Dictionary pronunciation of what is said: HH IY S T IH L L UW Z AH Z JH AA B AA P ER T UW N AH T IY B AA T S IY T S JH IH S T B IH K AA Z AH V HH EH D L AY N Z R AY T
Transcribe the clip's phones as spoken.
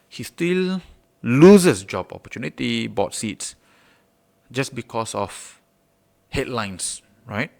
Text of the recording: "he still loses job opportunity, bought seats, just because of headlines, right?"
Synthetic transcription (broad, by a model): HH IY S T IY L L UW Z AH S JH AA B AA P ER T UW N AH T IY B AA T S IY T S JH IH S B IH K AA S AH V HH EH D L AY N S R AY T